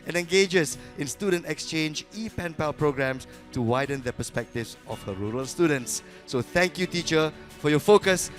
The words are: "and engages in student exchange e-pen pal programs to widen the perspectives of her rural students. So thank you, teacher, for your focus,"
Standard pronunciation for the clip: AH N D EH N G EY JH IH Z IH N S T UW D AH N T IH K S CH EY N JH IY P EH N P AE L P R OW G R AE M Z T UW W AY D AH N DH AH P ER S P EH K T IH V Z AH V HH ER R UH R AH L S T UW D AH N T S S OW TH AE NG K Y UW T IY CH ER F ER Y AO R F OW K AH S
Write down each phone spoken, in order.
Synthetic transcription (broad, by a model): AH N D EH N G EY JH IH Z IH N S T UW D AH N T IH K S CH EY N JH IY P EH N P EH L P R OW G R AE M S T UW W AY D AH N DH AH P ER S P EH K T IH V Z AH F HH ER R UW R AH L S T UW D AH N T S S OW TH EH NG K Y UW T IY CH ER F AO Y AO F OW K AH S